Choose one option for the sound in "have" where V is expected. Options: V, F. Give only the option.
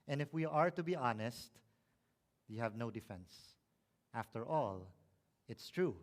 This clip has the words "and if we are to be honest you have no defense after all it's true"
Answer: V